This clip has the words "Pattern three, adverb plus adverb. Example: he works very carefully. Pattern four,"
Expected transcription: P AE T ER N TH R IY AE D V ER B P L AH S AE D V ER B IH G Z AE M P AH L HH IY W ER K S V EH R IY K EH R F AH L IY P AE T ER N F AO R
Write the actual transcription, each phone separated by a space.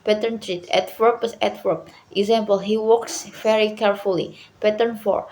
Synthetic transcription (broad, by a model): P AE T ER N T R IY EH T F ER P AH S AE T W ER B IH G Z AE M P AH L HH IY W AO K S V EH R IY K EH R F AH L IY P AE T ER N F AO R